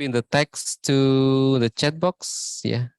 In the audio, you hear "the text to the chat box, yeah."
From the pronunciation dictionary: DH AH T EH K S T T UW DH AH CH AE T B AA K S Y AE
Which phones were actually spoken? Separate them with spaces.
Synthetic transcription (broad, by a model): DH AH T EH K S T T UW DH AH CH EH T B AA K S Y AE